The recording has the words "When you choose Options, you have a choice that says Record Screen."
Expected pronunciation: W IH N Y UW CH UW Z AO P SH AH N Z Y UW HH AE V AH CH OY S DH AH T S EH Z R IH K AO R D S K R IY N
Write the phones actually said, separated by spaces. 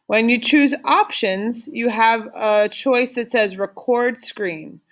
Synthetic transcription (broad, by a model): W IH N Y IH CH UW Z AO P SH AH N Z Y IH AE V AH CH OY S DH AH T S EH Z R IH K AO R D S K R IY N